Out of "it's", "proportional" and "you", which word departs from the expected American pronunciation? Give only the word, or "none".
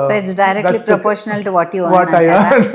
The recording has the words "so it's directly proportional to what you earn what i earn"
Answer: none